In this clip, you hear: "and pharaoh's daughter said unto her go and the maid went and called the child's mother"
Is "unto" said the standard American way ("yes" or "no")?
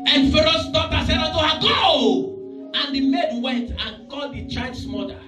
no